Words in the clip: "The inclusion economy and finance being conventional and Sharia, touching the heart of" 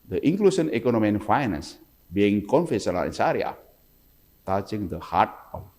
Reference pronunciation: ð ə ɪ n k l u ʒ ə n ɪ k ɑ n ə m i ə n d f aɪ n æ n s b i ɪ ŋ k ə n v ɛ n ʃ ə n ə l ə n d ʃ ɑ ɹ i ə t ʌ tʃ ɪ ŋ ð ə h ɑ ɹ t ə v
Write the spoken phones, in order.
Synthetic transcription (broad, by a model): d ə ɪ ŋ k l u s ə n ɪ k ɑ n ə m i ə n f aɪ n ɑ n s b i ɪ ŋ k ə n f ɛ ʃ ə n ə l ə n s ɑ ɹ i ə t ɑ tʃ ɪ ŋ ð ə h ɑ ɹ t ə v